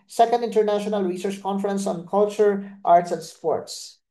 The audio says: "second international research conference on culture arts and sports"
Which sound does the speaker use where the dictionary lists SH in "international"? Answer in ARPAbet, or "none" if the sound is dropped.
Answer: SH